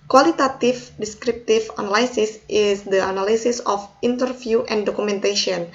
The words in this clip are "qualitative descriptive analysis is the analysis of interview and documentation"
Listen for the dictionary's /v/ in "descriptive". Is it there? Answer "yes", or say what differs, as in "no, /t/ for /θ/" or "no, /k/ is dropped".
no, /f/ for /v/